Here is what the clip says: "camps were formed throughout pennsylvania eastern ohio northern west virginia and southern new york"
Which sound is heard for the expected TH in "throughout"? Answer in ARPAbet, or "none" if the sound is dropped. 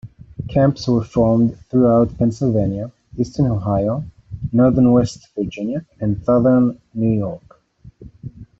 TH